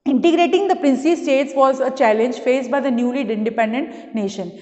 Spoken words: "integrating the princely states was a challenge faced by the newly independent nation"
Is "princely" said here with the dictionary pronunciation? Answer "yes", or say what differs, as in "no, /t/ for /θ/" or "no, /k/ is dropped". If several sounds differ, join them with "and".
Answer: no, /l/ is dropped